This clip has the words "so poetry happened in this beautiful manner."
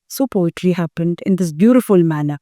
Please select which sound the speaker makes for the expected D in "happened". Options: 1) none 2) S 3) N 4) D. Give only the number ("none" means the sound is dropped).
4